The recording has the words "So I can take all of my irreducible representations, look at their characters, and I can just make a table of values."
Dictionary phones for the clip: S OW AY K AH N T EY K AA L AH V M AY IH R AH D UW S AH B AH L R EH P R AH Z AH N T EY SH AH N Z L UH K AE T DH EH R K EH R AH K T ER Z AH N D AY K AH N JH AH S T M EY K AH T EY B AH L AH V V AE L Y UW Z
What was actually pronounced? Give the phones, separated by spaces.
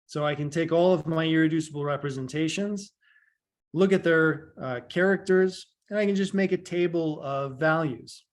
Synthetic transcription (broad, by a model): S OW AY K AH N T EY K AA L AH V M AY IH R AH D UW S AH B L R EH P R AH Z AH N T EY SH AH N Z L UH K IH T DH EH R K EH R AH K T ER Z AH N AY K AH N JH AH S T M EY K AH T EY B L AH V V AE L Y UW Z